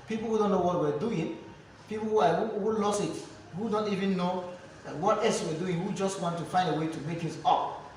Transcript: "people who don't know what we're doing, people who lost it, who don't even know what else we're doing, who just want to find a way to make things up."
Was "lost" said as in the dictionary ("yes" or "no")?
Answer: no